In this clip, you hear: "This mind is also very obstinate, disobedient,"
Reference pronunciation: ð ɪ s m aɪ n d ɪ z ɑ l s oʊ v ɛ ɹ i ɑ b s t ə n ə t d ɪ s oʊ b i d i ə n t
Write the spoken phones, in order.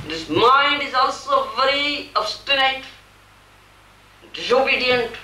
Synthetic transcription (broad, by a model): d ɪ s m aɪ n d ɪ z ɑ l s oʊ v ɛ ɹ i ɑ b s t ə n ə t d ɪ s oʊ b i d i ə n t